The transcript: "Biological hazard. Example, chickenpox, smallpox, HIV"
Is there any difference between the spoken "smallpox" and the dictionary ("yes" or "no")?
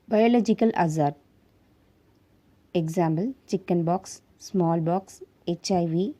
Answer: yes